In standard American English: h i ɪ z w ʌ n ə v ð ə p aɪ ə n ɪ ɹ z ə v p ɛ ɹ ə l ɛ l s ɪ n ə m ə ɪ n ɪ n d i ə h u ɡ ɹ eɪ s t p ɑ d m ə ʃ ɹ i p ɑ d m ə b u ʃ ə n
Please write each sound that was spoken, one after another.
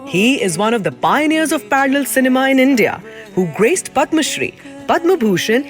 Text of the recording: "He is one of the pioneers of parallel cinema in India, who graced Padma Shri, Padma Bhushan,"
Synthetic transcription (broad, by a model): h i ɪ z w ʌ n ə v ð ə p aɪ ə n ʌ ɹ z ə v p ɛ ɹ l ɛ l s ɪ n ə m ə ɪ n ɪ n d i ə h u ɡ ɹ eɪ s t p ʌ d m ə ʃ ɹ i p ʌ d m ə b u ʃ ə n